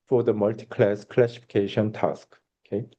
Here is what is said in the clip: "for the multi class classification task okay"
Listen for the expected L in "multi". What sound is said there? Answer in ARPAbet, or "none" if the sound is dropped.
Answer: L